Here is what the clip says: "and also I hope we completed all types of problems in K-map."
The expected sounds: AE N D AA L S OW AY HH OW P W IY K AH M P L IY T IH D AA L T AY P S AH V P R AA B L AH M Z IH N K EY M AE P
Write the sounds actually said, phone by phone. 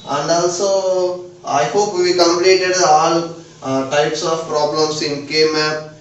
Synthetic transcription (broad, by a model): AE N D AA L S OW AY HH OW P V IY K AH M P L IY T IH D AA L T AY P S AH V P R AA B L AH M S IH N K EY M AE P